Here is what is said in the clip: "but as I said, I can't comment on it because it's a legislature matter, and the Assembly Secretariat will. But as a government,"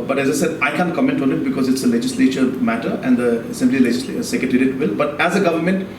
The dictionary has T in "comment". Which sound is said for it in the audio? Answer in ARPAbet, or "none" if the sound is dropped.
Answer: T